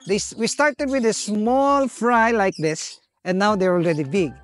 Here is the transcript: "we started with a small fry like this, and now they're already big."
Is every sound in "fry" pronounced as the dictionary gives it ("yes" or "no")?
yes